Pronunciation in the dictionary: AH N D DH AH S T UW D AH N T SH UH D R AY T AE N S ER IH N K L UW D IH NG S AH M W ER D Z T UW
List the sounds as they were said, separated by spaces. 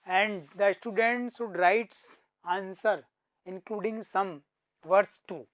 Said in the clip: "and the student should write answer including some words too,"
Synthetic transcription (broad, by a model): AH N D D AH S T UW D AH N T S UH D R AY T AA N S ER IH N K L UW D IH NG S AH M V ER D S T UW